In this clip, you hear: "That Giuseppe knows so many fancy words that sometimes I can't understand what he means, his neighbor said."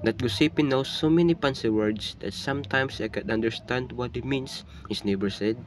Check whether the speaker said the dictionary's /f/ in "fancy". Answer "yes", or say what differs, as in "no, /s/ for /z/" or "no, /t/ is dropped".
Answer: no, /p/ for /f/